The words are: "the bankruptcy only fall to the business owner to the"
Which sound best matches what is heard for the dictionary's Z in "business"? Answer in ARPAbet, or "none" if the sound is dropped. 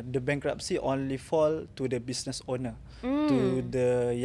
S